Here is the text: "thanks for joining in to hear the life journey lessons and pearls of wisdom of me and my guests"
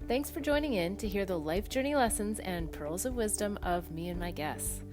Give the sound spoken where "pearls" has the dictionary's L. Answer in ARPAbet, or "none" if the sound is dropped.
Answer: L